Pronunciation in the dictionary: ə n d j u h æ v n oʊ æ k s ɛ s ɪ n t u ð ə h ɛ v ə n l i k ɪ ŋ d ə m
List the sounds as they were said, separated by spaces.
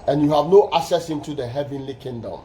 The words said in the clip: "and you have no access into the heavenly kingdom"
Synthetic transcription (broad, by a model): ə n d j u h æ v n oʊ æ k s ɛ s ɪ n t u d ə h ɛ v ə n l i k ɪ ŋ d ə m